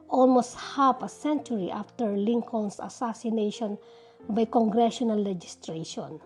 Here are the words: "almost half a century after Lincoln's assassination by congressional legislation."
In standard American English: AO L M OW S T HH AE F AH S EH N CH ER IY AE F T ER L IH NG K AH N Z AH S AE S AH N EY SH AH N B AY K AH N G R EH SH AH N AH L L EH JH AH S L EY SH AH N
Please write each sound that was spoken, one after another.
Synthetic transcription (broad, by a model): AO L M OW S T HH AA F AH S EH N CH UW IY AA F T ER L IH NG K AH N S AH S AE S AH N EY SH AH N B AY K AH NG G R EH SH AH N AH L L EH JH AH S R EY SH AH N